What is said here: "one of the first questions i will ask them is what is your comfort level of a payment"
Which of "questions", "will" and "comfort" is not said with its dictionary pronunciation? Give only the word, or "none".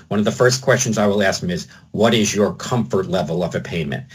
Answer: none